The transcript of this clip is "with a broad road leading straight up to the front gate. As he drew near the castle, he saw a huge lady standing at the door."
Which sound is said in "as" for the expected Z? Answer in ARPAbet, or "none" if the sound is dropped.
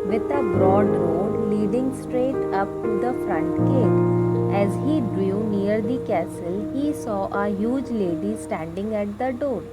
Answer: Z